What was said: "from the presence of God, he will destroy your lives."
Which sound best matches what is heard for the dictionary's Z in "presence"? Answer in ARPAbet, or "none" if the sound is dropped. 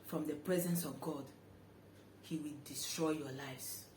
Z